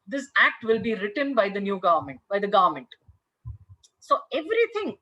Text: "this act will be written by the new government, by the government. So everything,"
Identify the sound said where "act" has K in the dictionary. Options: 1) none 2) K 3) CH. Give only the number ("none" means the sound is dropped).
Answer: 2